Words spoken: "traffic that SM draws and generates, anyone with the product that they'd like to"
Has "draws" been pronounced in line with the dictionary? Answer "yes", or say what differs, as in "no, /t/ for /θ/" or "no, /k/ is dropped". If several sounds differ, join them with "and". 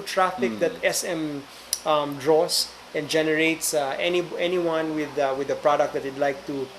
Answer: no, /s/ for /z/